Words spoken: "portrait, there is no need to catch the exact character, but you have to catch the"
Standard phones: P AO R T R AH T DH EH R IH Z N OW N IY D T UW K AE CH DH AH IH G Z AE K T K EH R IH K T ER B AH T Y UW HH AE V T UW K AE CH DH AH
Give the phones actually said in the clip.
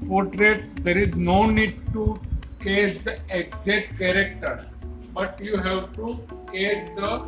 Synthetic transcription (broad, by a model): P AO R T R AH T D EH R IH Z N OW N IY D T UW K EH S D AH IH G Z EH T K EH R IH K T ER B AH T Y UW HH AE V T UW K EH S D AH